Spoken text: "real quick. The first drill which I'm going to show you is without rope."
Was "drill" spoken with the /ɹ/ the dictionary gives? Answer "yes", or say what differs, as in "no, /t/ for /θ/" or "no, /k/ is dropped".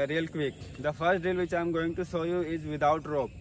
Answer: no, /ɹ/ is dropped